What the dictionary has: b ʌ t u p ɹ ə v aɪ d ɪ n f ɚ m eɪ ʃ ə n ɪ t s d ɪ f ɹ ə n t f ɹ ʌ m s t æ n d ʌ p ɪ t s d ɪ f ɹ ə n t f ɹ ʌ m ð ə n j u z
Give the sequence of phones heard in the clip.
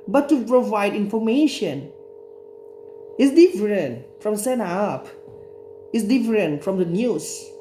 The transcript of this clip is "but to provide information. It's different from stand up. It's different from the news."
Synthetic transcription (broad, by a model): b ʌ t u p ɹ ə v aɪ d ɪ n f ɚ m eɪ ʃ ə n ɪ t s d ɪ f ɹ ə n t f ɹ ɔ m s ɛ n ɑ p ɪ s d ɪ f ɹ ə n t f ɹ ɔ m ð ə n j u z